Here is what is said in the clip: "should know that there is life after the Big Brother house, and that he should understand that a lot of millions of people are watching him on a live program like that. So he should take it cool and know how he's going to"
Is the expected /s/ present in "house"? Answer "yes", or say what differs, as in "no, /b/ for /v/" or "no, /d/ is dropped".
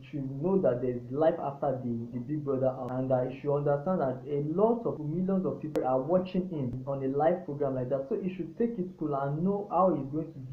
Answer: no, /s/ is dropped